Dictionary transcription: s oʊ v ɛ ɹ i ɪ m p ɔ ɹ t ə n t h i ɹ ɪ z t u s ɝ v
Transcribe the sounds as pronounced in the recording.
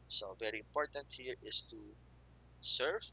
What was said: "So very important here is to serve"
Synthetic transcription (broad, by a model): s oʊ v ɛ ɹ i ɪ m p ɔ ɹ t ə n t h i ɹ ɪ s t u s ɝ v